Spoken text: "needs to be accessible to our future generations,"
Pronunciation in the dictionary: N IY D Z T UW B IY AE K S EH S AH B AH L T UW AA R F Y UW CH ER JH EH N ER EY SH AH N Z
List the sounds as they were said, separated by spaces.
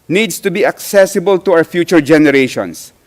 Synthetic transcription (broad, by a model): N IY D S T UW B IY AE K S EH S AH B AH L T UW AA W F Y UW CH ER JH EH N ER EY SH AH N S